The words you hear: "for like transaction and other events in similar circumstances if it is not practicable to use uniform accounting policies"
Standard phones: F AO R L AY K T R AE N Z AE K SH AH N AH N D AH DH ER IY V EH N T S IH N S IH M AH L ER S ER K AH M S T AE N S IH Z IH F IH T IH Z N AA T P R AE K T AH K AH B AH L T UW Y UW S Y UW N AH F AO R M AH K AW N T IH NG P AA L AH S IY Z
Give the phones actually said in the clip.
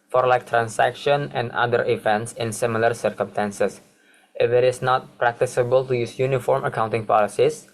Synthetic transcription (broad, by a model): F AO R L AY K T R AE N S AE K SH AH N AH N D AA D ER IY V EH N T S IH N S IH M AH L ER S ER K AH M S T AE N S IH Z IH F IH T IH S N AA T P R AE K T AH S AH B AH L T UW Y UW S Y UW N AH F AO R M AH K AW N T IH NG P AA L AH S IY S